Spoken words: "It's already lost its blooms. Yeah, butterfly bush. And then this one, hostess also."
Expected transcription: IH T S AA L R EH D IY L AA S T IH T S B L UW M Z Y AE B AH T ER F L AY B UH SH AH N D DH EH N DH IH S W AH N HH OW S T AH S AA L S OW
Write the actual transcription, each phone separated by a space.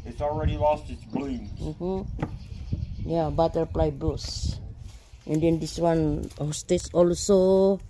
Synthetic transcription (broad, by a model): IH T S AA L R EH D IY L AA S T IH T S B L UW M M Y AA B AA T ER P L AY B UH S AH N D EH N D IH S W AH N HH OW S T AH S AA L S OW